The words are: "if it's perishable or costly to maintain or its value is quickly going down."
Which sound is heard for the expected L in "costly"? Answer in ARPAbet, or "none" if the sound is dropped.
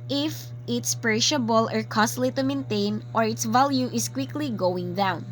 L